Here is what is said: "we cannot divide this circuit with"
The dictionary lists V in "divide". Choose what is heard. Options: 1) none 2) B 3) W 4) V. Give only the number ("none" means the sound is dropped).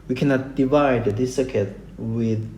4